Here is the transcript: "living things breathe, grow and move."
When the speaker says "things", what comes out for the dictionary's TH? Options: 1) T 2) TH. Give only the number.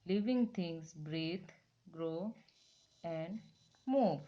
1